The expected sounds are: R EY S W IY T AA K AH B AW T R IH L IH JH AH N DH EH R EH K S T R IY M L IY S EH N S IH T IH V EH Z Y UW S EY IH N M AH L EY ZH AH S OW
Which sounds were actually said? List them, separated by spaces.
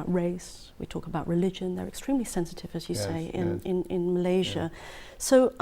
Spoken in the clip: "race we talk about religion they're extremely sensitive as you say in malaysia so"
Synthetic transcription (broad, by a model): R EY S W IY T AA K AH B AW T R IH L IH JH AH N DH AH R EH K S T R IY M L IY S EH N S IH T IH V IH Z Y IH S EY IH N M AH L EY ZH AH S OW